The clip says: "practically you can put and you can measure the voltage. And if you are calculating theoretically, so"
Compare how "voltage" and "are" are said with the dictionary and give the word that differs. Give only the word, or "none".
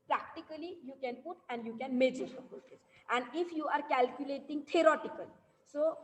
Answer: voltage